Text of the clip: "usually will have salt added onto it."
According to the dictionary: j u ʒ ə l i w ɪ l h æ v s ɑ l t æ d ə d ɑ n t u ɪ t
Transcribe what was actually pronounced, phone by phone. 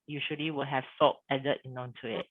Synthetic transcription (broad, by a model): j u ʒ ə l i w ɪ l h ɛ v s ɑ t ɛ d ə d ɑ n t u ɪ t